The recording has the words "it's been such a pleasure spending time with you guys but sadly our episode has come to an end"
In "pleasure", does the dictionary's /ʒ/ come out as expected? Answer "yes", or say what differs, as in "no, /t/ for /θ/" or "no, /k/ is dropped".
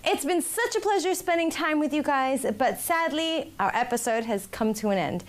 yes